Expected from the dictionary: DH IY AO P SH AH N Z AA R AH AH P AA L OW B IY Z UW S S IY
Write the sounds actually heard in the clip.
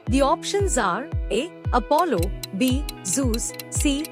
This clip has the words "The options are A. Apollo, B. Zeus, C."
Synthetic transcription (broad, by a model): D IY AO P SH AH N Z AA R AH AH P AA L OW B IY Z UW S S IY